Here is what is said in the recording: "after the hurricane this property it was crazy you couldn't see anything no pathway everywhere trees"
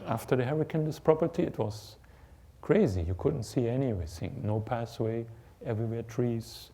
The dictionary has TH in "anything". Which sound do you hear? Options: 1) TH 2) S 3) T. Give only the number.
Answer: 2